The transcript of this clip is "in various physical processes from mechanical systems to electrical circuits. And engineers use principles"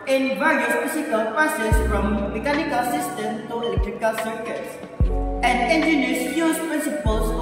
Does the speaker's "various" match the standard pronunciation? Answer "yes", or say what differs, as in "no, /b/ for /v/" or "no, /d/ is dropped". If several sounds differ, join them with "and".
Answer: yes